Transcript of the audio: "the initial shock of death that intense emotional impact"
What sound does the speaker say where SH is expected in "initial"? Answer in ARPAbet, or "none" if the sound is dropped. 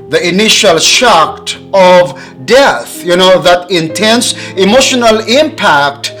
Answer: SH